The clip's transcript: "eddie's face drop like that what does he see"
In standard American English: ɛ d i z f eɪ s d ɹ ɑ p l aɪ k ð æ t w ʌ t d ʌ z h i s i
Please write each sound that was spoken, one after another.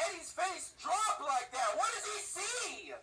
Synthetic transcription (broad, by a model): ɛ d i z f eɪ s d ɹ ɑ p l aɪ k ð æ t w ʌ t d ʌ z i s i